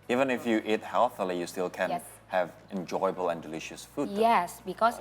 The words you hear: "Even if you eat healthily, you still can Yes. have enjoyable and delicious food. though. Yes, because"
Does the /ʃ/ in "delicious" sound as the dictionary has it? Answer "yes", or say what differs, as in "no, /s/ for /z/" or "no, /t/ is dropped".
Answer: yes